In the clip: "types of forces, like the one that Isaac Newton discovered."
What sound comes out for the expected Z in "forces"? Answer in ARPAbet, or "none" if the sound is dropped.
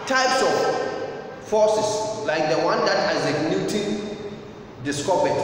S